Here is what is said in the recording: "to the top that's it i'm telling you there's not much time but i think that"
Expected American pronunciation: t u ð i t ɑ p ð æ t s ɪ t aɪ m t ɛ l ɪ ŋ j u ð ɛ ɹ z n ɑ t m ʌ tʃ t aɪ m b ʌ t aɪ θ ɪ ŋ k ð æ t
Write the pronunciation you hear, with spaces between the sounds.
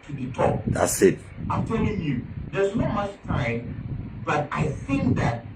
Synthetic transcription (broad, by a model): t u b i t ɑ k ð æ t s ɪ t aɪ m t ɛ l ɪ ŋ j u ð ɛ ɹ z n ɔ m ʌ tʃ t aɪ m b ʌ t aɪ θ ɪ ŋ k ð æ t